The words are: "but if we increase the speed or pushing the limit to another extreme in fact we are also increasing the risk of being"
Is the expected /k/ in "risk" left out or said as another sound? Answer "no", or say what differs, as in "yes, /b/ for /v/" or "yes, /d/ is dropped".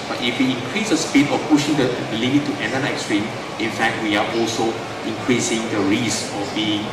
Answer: yes, /k/ is dropped